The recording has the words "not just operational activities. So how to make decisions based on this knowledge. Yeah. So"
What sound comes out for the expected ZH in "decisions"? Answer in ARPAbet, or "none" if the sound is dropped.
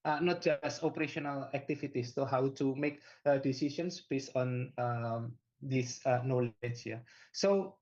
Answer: SH